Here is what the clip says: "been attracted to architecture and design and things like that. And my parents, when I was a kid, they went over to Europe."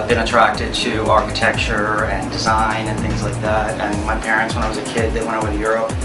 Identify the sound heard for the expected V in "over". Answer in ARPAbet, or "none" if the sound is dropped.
W